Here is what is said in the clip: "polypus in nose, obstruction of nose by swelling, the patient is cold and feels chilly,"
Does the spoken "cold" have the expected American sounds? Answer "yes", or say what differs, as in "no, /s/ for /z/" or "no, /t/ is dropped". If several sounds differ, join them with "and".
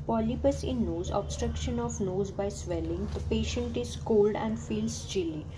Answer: yes